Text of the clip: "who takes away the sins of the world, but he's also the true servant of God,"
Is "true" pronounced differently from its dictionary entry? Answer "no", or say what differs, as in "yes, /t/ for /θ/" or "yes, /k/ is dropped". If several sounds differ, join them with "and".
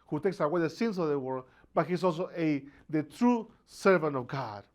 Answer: no